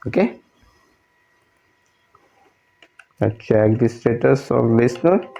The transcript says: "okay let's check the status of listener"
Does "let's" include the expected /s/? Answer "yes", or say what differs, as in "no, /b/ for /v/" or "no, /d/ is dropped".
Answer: no, /s/ is dropped